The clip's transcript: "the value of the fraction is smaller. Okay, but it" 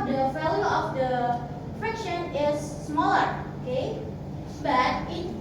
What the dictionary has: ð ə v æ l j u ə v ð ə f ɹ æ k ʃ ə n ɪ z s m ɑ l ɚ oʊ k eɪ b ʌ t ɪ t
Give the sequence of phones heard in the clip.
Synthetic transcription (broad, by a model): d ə f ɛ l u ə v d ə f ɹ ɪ k ʃ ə n ɪ z s m ɑ l ɚ oʊ k eɪ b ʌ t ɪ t